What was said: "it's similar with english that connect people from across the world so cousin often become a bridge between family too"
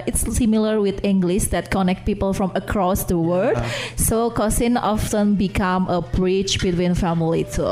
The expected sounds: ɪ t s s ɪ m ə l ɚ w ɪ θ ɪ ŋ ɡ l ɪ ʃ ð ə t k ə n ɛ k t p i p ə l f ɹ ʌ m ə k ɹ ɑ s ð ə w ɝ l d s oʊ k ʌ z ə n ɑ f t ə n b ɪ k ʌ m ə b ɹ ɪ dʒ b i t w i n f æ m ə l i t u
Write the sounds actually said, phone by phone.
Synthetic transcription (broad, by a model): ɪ t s s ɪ m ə l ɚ w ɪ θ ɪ ŋ ɡ l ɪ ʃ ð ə t k ə n ɛ k t p i p ə l f ɹ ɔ m ə k ɹ ɑ s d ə w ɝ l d s oʊ k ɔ s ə n ɑ f t ə n b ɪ k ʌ m ə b ɹ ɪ tʃ b i t w i n f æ m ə l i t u